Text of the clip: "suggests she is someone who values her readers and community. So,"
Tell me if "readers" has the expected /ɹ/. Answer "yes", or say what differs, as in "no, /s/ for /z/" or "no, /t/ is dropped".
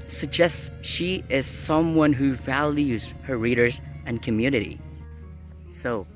yes